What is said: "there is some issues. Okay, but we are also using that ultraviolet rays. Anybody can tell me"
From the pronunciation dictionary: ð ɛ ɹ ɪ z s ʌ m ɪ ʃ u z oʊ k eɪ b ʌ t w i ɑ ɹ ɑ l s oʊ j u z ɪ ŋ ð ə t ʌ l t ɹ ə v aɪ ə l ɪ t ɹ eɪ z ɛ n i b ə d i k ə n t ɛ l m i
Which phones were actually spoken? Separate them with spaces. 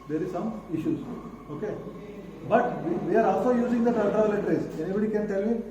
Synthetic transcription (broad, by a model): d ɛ ɹ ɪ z s ʌ m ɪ ʃ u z oʊ k eɪ b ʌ t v i ɑ ɹ ɑ l s oʊ j u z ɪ ŋ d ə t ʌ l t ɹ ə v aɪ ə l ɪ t ɹ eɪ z ɛ n i b ə d i k ə n t ɛ l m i